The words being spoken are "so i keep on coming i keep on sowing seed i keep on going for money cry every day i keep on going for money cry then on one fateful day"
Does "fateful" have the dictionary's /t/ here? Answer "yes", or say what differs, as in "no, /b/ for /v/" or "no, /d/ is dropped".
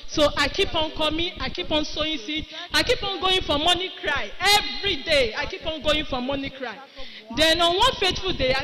yes